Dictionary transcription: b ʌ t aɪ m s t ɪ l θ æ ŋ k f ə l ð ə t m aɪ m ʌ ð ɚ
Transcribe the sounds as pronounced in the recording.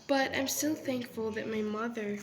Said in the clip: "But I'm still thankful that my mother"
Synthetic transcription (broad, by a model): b ʌ t aɪ m s t ɪ l θ æ ŋ k f ə l ð ə t m aɪ m ʌ ð ɚ